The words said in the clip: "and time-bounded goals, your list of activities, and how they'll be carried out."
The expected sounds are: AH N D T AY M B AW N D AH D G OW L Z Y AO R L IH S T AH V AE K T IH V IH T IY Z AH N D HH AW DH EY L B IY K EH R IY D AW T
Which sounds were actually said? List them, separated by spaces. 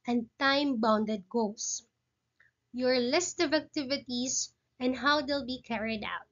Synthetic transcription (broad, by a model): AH N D T AY M B AW N D AH D G OW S Y AO R L IH S T AH V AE K T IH V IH T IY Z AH N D HH AW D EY L B IY K EH R IY D AW T